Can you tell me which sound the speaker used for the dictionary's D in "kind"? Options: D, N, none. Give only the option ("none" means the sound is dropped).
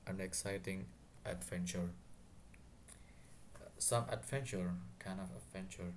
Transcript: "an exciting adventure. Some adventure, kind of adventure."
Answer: none